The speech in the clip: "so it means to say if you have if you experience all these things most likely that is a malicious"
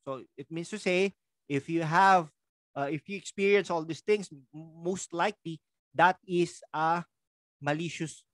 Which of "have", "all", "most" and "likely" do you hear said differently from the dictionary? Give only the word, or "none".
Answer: none